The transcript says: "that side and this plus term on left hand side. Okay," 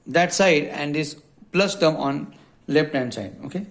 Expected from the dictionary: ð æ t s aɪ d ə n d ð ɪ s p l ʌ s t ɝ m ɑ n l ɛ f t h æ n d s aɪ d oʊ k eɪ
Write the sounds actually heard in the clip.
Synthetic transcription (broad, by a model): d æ t s aɪ d ə n d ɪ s p l ʌ s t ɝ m ɑ n l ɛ p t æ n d s aɪ d oʊ k eɪ